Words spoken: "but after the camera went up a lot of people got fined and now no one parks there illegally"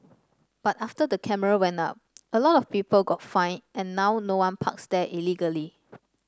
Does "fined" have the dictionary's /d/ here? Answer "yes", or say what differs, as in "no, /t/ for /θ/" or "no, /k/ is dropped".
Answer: no, /d/ is dropped